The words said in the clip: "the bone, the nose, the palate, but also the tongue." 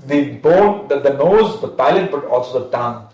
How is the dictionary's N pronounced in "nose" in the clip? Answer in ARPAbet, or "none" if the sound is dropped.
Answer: N